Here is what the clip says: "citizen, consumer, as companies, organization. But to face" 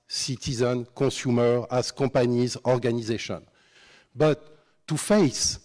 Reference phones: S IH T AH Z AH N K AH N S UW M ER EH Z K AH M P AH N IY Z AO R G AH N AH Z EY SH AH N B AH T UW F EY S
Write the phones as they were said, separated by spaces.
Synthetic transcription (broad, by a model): S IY T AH Z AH N K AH S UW M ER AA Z K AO P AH N IY Z AO R G AH N AH Z EY SH AH N B AH T UW F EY S